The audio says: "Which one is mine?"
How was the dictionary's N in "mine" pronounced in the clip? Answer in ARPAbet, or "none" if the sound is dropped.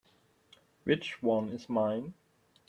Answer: N